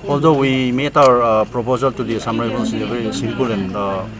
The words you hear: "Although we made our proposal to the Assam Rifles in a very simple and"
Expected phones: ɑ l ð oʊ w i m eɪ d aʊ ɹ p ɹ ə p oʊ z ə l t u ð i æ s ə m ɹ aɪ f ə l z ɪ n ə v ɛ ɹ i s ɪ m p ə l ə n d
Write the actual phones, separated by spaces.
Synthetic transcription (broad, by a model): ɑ l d oʊ w i m eɪ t aʊ ɹ p ɹ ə p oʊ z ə l t u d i s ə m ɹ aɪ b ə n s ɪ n ə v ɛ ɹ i s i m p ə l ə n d